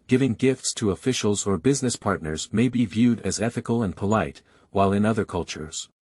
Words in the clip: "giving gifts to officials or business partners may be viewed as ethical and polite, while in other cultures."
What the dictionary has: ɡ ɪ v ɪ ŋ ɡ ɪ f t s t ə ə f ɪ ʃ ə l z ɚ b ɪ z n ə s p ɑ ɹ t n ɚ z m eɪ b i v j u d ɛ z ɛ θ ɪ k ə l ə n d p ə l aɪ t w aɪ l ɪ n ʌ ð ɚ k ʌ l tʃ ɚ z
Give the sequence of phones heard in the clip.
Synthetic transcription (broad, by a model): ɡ ɪ v ɪ ŋ ɡ ɪ f t s t ə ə f ɪ ʃ l z ɚ b ɪ z n ə s p ɑ ɹ t n ɚ z m eɪ b i v j u d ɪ z ɛ θ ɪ k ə l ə n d p ə l aɪ t w aɪ l ɪ n ʌ ð ɚ k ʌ l tʃ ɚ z